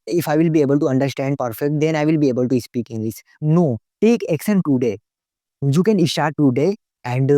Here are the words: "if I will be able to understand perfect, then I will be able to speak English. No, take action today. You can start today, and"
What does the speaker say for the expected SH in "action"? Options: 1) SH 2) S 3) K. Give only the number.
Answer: 2